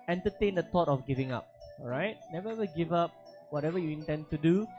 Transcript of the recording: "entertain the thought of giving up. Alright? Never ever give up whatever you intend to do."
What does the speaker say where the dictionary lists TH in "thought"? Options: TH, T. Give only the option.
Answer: T